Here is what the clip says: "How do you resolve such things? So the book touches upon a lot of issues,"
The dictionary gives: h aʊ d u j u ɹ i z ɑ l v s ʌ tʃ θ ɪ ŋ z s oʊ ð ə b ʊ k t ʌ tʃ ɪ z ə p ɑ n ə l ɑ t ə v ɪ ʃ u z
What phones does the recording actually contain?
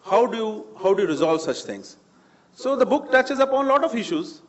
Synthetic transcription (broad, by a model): h aʊ d u j u ɹ i z ɑ l v s ʌ tʃ t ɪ ŋ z s oʊ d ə b ʊ k t ʌ tʃ ɪ z ə p ɑ n l ɑ t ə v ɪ ʃ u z